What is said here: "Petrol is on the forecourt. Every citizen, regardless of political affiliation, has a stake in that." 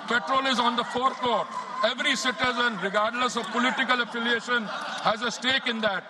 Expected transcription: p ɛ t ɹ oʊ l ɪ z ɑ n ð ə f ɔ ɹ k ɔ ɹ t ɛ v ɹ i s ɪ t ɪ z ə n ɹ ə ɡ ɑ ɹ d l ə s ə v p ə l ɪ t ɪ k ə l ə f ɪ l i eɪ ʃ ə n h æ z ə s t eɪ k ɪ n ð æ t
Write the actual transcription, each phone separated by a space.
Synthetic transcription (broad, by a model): p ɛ t ɹ oʊ l ɪ z ɑ n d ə f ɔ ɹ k ɔ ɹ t ɛ v ɹ i s ɪ t ɪ z ə n ɹ ə ɡ ɑ ɹ d l ə s ə v p ə l ɪ t ɪ k ə l ə f ɪ l i eɪ ʃ ə n h æ z ə s t eɪ k ɪ n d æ t